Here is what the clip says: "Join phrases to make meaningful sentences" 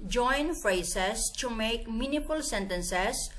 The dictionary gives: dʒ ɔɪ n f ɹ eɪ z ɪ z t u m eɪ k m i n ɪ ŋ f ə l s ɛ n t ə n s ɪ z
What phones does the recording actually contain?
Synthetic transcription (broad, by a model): dʒ ɔɪ n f ɹ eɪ s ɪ s t u m eɪ k m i n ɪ f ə l s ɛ n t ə n s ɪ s